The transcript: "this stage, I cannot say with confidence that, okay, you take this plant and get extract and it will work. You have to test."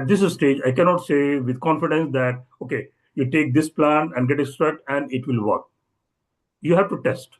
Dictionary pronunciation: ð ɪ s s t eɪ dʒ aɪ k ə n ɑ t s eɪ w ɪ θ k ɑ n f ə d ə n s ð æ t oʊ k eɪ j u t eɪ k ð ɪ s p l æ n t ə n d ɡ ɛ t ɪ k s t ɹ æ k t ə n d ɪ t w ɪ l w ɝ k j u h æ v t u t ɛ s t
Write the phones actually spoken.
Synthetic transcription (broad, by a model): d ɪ s s t eɪ dʒ aɪ k ə n ɑ t s eɪ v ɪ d k ɑ n f ə d ə n s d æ t oʊ k eɪ j u t eɪ k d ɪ s p l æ n ə n d ɡ ɛ t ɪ s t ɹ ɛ t ə n d ɪ t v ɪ l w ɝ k j u h æ v t u t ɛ s t